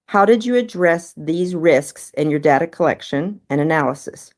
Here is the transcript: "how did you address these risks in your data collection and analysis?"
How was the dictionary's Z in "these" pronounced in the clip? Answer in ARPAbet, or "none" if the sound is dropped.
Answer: Z